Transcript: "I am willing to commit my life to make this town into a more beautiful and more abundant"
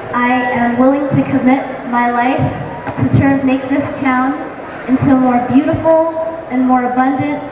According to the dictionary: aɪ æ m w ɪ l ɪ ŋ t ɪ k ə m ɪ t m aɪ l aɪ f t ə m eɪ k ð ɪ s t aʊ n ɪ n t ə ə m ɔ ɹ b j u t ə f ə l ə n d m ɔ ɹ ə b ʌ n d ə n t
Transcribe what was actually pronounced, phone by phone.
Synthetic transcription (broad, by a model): aɪ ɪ m w ɪ l ɪ ŋ t ɪ k ə m ɪ t m aɪ l aɪ f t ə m eɪ k ð ɪ s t aʊ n ɪ n t ə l m ɔ ɹ b j u t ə f l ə n m ɔ ɹ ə b ʌ n d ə n t